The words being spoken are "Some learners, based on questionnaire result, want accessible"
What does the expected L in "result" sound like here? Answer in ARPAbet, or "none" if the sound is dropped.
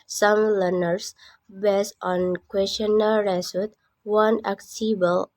none